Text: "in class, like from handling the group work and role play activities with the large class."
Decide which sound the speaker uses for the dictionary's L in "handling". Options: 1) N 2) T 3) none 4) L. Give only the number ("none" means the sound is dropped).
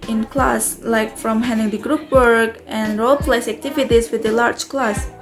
3